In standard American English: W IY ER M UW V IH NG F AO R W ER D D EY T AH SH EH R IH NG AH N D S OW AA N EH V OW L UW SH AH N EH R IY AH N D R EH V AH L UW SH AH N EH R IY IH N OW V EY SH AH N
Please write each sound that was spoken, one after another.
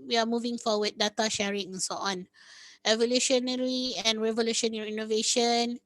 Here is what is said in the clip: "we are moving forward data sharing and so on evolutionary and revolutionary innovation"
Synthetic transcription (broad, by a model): W IY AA M UW V IH NG F AO W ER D D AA T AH SH EH R IH NG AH N S OW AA N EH V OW L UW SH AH N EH R IY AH N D R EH V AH L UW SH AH N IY IY N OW V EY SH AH N